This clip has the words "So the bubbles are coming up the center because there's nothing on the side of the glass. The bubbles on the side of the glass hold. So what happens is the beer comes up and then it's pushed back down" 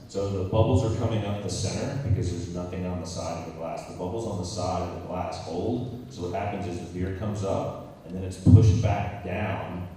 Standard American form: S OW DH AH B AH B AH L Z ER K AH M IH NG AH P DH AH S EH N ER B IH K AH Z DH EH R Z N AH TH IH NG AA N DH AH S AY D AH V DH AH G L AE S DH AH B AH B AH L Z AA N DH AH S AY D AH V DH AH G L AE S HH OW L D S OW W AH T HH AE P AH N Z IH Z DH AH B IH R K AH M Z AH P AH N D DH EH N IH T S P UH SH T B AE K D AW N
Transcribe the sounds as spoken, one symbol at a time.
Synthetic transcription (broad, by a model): S OW DH AH B AH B L Z ER K AH M IH NG AH P DH AH S EH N ER B IH K AH Z DH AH R Z N AH TH IH NG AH N DH AH S AY D AH V DH AH G L AE S DH AH B AH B L Z N DH AH S AY D AH V DH AH G L AE S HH OW L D S OW W AH T HH AE P AH N Z IH Z DH AH B IH R K AH M Z AH P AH N DH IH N IH T S P UH SH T B AE K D AW N